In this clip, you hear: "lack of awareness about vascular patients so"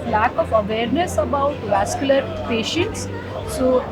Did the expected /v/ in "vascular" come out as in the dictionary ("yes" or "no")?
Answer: yes